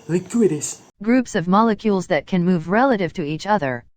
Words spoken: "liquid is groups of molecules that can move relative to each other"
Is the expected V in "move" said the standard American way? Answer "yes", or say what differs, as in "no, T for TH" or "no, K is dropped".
yes